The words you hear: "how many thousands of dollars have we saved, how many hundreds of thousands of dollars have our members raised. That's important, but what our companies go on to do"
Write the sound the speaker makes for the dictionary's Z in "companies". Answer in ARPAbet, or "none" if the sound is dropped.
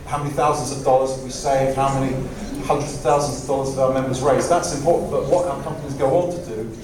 Z